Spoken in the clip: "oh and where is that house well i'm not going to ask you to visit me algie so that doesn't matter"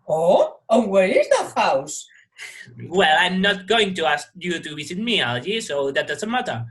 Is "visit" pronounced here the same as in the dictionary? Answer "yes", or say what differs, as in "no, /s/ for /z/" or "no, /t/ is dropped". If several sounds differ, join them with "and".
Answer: no, /w/ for /v/